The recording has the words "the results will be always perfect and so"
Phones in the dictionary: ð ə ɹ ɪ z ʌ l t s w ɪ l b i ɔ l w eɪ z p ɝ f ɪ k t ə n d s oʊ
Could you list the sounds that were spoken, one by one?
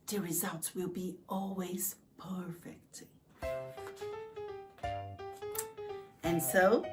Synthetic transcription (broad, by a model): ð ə ɹ ɪ z ʌ l t s w ɪ l b i ɔ l w eɪ z p ɝ f ɪ k t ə n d s oʊ